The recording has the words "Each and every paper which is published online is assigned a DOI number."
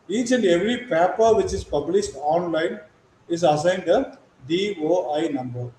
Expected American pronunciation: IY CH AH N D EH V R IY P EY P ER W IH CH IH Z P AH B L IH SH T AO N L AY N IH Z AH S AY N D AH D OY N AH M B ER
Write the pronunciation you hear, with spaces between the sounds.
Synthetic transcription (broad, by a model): IY CH AH N D EH V R IY P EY P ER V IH CH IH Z P AH B L IH SH T AO N L AY N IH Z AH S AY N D AH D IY N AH M B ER